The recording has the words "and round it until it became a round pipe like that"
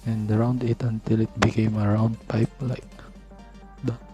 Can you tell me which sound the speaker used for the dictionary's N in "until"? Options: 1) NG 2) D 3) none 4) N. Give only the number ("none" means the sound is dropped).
4